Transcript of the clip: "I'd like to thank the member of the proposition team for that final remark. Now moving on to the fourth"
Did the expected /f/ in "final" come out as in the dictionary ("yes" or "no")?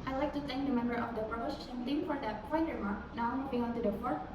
no